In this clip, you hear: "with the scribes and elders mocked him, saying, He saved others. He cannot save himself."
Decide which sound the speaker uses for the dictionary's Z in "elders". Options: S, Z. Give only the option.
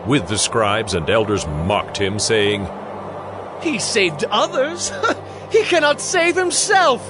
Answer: Z